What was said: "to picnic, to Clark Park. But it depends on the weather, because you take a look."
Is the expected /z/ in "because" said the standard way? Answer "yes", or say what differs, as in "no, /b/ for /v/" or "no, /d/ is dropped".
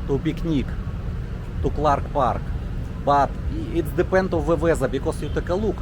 no, /s/ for /z/